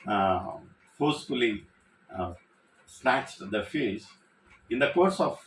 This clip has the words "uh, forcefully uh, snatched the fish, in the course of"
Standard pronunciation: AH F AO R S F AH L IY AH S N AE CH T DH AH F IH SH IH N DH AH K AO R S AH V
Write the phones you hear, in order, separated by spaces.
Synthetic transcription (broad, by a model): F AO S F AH L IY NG S N AE CH T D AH F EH S IH N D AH K AO R S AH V